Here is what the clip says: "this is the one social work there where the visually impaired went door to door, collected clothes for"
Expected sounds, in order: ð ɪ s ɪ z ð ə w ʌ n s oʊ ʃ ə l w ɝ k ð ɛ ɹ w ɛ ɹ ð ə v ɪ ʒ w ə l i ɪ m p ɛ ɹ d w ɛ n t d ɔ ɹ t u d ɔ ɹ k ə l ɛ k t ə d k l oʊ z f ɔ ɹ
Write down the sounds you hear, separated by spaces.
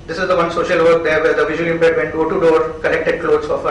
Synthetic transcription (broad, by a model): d ɪ s ɪ z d ə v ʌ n s oʊ ʃ ə l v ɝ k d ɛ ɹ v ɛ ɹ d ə v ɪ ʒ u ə l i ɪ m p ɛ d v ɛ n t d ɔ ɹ t u d ɔ ɹ k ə n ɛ k t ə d k l oʊ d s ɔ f